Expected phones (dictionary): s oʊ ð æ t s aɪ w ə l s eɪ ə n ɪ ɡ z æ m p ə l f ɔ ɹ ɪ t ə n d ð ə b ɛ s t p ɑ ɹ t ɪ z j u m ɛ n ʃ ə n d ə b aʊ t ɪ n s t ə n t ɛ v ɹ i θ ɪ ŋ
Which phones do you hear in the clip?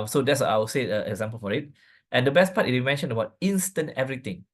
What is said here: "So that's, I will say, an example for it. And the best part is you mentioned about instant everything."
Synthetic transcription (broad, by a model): s oʊ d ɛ t s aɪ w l s eɪ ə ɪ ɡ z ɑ m p ə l f ɔ ɹ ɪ t ə n d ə b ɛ s p ɑ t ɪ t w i m ɛ n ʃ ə n ə b aʊ t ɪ n s t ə n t ɛ v ɹ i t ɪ ŋ